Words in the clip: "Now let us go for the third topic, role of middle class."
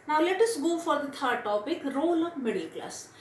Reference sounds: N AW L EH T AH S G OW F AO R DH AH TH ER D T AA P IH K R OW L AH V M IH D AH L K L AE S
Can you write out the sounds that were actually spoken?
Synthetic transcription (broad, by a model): N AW L EH T AH S G OW F AO R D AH T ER D T AA P IH K R OW L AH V M IH D AH L K L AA S